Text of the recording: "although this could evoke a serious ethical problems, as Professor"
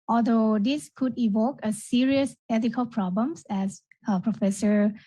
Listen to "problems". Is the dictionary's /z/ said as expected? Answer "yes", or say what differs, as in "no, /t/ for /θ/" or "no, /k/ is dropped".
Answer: no, /s/ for /z/